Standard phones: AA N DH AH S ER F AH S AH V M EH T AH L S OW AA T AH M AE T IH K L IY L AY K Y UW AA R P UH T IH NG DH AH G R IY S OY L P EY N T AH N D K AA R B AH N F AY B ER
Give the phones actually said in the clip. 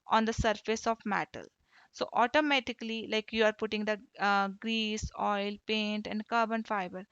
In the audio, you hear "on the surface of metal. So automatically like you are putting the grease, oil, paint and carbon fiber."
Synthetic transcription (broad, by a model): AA N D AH S ER F AH S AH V M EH T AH L S OW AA T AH M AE T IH K L IY L AY K Y UW AA R P UH T IH NG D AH G R IY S OY L P EY N T AH N D K AA R B AH N F AY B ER